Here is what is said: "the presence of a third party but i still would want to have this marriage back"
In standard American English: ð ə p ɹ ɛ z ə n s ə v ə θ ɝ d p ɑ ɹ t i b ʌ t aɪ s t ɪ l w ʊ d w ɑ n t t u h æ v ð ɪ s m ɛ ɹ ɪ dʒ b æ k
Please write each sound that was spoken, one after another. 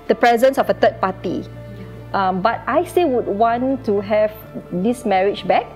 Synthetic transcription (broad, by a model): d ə p ɹ ɛ z ə n s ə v ə t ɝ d p ɑ t i b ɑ t aɪ s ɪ w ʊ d w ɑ n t t u h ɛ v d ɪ s m ɛ ɹ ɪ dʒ b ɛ k